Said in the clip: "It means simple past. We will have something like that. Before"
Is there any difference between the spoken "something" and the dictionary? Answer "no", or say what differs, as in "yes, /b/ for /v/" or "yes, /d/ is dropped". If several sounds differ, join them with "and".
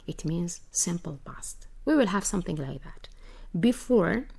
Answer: no